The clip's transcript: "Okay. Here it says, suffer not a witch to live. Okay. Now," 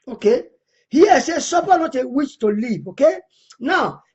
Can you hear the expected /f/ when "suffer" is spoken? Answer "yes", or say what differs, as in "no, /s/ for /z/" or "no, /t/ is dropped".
no, /p/ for /f/